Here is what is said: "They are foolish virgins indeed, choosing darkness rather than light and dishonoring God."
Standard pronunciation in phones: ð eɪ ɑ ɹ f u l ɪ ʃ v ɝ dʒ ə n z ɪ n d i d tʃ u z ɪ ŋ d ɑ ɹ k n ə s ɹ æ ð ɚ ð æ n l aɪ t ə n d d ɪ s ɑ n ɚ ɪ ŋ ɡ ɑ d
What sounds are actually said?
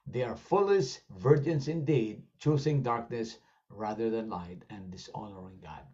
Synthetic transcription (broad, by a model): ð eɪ ɑ ɹ f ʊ l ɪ s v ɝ dʒ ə n s ɪ n d i d tʃ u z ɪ ŋ d ɑ ɹ k n ə s ɹ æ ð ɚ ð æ n l aɪ t ə n d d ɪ s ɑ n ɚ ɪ ŋ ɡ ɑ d